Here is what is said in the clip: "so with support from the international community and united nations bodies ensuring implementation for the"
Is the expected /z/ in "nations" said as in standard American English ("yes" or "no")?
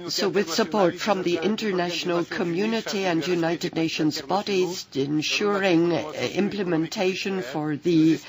yes